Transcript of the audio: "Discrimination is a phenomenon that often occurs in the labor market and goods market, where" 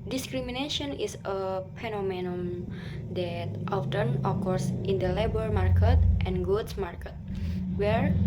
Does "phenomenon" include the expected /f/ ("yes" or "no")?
no